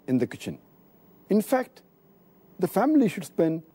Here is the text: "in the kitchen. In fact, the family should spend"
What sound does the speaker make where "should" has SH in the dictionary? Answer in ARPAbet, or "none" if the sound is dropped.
SH